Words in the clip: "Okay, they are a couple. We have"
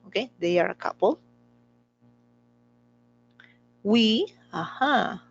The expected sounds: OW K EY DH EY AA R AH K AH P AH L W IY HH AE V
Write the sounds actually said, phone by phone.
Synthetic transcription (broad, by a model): OW K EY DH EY AA R AH K AH P AH L W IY HH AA